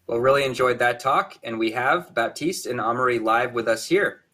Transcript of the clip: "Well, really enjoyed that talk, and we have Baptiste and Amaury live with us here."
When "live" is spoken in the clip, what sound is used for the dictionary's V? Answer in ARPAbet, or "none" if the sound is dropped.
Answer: V